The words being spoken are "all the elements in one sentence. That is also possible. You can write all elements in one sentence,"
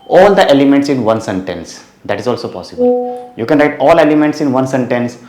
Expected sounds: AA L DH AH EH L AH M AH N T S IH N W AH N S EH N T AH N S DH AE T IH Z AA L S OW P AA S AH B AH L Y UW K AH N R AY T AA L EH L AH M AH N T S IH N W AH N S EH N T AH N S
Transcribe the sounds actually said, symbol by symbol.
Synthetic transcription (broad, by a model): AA L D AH EH L AH M AH N T S IH N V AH N S EH N T AH N S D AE T IH Z AA L S OW P AA S AH B AH L Y UW K AH N R AY T AA L EH L AH M AH N T S IH N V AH N S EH N T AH N S